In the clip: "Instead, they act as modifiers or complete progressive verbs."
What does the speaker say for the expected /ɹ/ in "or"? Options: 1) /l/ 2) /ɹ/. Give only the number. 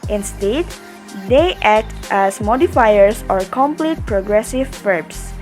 2